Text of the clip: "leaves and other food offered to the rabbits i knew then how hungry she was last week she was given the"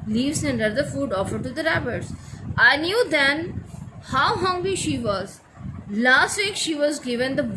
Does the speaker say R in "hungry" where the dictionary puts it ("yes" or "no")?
no